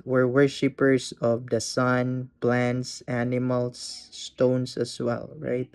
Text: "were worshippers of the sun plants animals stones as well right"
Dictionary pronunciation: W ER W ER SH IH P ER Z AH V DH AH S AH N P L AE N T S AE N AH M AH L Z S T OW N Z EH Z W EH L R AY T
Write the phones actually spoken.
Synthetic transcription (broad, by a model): W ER W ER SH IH P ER S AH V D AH S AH N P L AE N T S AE N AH M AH L S T OW N S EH S W EH L R AY T